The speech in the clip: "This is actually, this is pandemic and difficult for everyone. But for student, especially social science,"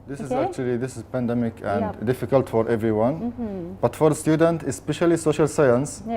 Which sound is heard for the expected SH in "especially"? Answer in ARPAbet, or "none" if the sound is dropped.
SH